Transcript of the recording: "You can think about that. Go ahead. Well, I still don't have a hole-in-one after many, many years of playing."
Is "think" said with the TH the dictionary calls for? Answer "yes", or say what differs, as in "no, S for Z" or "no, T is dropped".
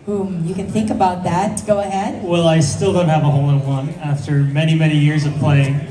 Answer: yes